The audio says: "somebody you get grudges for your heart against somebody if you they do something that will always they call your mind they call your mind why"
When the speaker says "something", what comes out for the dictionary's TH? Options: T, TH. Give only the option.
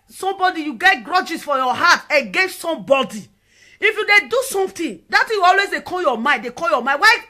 T